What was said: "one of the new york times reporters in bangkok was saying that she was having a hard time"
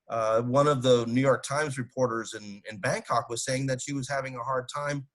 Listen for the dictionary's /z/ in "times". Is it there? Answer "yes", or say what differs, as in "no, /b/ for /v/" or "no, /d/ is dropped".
yes